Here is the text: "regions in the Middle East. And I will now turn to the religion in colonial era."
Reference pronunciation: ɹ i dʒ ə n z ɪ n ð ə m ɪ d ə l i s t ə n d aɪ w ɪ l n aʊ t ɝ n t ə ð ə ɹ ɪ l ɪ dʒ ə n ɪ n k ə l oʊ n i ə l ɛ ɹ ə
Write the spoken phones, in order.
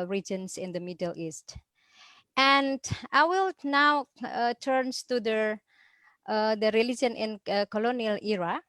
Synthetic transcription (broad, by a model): ɹ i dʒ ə n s ɪ n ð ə m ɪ d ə l i s t ə n d aɪ w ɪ l n aʊ t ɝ n t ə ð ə ɹ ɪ l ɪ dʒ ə n ɪ n k ə l oʊ n i ə l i ɹ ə